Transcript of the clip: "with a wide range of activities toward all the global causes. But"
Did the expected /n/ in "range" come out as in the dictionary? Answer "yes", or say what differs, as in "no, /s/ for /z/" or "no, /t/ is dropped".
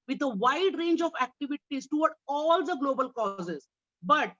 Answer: yes